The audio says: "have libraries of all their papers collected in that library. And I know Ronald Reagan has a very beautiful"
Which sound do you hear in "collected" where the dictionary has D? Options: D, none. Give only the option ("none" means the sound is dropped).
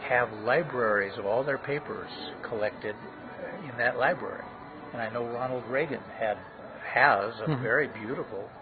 D